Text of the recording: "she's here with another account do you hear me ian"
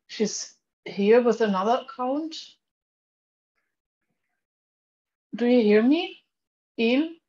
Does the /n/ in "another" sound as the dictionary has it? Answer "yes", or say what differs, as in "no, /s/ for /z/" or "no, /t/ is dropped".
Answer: yes